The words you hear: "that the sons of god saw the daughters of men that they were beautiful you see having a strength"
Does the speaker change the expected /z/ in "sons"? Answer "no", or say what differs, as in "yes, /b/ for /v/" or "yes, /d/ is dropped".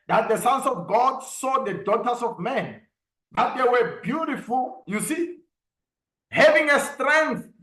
yes, /s/ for /z/